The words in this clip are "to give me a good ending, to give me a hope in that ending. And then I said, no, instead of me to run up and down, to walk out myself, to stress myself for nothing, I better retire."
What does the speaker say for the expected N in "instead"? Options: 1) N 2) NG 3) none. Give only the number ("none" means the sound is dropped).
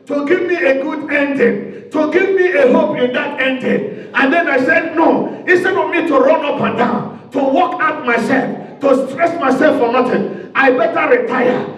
3